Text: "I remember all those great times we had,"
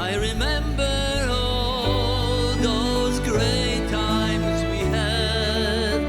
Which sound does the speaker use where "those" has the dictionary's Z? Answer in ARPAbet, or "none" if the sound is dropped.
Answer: Z